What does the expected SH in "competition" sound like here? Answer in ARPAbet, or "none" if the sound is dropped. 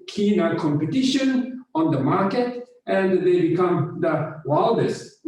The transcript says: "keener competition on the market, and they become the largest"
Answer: SH